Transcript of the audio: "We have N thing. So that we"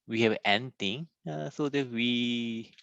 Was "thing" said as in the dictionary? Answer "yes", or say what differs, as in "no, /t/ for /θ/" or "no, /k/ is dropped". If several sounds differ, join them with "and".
no, /t/ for /θ/